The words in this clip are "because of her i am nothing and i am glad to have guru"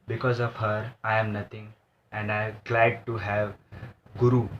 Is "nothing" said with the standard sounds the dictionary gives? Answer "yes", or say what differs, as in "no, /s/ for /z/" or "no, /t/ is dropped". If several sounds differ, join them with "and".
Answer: no, /t/ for /θ/